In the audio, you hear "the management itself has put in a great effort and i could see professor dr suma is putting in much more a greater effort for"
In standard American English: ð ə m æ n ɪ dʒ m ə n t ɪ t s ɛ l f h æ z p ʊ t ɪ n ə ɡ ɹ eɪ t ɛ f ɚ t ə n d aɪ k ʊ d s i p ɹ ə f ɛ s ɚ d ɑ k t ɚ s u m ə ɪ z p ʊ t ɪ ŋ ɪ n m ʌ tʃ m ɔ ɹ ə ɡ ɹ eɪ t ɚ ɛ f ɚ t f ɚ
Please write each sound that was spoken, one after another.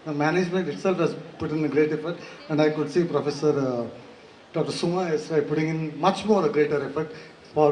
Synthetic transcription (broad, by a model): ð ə m æ n ɪ dʒ m ə n t ɪ t s ɛ l f h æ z p ʊ t ɪ n ə ɡ ɹ eɪ t ɛ f ɚ t ə n d aɪ k ʊ d s i p ɹ ə f ɛ s ɚ d ɑ k t ɚ s u m ə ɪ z p ʊ t ɪ ŋ ɪ n m ʌ tʃ m ɔ ɹ ə ɡ ɹ eɪ t ɚ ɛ f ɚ t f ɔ